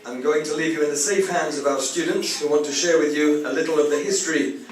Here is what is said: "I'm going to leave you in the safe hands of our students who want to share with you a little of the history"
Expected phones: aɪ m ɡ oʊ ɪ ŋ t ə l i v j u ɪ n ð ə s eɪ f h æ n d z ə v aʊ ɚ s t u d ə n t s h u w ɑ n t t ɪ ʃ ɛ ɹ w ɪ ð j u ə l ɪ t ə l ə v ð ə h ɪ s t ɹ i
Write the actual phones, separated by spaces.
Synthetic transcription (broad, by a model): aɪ m ɡ oʊ ɪ ŋ t ə l i v j u ɪ n ð ə s eɪ f h æ n d z ə v aʊ ɚ s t u d n t s h u w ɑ n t t ɪ ʃ ɛ ɹ w ɪ ð j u ə l ɪ t l ə v ð ə h ɪ s t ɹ i